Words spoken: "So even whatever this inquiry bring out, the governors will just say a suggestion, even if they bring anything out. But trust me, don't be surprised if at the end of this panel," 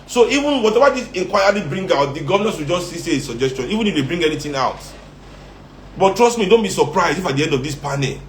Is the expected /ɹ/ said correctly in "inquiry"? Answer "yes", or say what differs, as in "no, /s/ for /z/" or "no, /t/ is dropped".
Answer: no, /l/ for /ɹ/